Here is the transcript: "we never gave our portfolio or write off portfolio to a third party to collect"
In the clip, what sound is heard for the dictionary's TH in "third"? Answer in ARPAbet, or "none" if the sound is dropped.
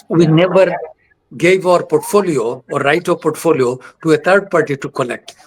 T